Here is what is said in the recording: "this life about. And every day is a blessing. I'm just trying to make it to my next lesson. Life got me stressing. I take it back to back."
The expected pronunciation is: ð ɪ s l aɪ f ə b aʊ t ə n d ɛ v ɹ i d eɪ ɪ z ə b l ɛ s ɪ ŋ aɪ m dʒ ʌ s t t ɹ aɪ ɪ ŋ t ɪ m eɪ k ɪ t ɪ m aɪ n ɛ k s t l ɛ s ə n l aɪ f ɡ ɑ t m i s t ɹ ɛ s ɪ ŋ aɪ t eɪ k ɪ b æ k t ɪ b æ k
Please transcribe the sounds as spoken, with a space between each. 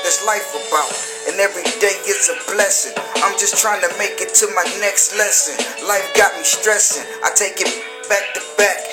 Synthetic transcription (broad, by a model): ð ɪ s l aɪ f ə b aʊ t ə n ɛ v ɹ i d eɪ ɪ s ə b l ɛ s ɪ ŋ aɪ m dʒ ʌ s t t ɹ aɪ ɪ ŋ t ɪ m eɪ k ɪ t ɪ m aɪ n ɛ k s t l ɛ s ə n l aɪ f ɡ ɑ t m i s t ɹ ɛ s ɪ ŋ aɪ t eɪ k ɪ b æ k t ɪ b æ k